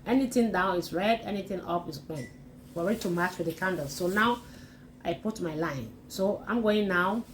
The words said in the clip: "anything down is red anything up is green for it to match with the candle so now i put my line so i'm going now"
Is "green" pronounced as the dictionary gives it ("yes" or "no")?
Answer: no